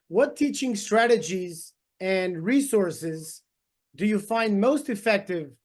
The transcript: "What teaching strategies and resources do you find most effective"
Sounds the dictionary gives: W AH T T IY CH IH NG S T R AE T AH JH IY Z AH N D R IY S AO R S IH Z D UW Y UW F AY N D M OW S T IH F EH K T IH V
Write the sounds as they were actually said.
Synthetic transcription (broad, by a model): W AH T T IY CH IH NG S T R AE T AH JH IY Z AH N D R IY S AO R S IH Z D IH Y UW F AY N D M OW S T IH F EH K T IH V